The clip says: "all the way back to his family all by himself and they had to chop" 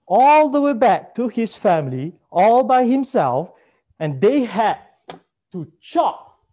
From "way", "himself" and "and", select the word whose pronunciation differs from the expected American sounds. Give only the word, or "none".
none